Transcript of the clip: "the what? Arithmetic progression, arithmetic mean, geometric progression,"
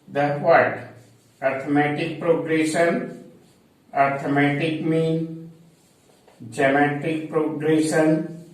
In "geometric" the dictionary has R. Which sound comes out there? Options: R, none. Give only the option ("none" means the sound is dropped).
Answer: none